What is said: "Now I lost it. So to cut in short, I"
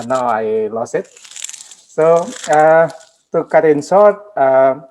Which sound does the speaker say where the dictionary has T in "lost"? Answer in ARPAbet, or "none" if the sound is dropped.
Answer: none